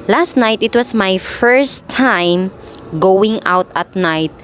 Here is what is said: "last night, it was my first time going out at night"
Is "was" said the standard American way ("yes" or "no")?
no